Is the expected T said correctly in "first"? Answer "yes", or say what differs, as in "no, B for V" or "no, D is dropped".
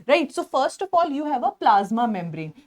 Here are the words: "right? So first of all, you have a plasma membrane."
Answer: yes